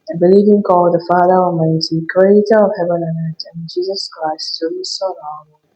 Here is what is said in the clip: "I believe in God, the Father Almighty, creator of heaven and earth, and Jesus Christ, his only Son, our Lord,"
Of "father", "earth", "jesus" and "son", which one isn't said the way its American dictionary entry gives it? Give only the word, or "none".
earth